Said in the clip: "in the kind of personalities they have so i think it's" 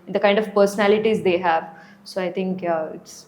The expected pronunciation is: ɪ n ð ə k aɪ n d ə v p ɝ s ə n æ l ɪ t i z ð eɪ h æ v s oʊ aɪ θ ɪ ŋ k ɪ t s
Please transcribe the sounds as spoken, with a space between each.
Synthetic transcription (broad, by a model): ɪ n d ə k aɪ n d ə v p ɝ s ə n æ l ɪ t i z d eɪ h æ v s oʊ aɪ t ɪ ŋ k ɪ t s